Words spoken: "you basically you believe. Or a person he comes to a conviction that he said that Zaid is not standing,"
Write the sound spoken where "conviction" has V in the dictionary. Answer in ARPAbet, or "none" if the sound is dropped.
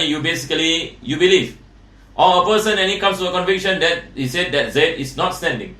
V